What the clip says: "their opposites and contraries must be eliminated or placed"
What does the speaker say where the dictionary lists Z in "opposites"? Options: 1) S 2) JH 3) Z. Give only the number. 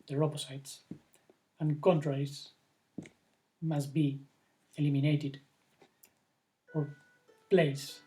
1